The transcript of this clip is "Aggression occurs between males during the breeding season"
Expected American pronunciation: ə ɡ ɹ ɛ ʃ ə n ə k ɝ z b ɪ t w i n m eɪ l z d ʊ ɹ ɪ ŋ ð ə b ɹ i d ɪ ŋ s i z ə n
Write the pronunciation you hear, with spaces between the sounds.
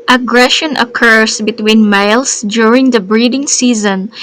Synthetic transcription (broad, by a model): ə ɡ ɹ ɛ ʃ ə n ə k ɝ s b ɪ t w i n m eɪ l s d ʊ ɹ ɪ ŋ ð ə b ɹ i d ɪ ŋ s i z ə n